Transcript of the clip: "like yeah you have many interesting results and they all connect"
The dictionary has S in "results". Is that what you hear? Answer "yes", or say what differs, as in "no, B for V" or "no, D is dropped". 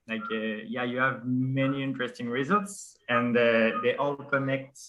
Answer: yes